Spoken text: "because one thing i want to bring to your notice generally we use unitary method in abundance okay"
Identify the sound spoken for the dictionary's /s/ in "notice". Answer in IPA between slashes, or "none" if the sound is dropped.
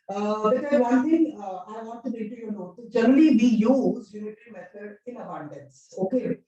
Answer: none